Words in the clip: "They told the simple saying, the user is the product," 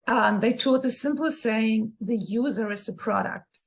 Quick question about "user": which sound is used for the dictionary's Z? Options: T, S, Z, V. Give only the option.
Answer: Z